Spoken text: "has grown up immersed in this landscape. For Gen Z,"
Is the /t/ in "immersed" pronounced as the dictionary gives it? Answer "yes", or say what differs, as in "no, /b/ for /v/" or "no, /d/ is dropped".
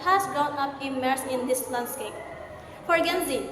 no, /t/ is dropped